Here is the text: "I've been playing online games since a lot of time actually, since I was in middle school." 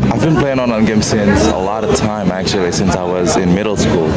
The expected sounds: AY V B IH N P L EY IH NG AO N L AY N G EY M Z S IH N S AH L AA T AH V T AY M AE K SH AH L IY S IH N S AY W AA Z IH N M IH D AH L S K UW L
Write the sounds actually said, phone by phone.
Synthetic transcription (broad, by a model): AY V B IH N P L EY IH NG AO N AY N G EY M S IH N S AH L AA T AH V T AY M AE K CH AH L IY S IH N S AY W AA Z IH N M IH D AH L S K UW L